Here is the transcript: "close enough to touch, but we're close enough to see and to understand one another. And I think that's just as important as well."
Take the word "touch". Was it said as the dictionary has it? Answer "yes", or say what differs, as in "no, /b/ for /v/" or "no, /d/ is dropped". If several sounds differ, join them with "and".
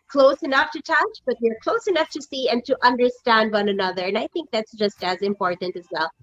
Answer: yes